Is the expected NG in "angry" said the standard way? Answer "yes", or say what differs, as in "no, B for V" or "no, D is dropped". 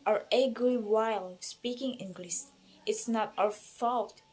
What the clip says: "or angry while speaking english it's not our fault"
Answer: no, NG is dropped